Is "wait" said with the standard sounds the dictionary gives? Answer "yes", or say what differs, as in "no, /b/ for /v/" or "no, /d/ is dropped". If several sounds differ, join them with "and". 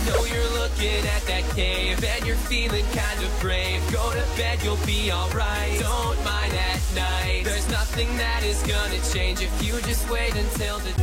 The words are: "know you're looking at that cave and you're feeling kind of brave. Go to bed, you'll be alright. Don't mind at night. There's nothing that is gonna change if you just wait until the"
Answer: yes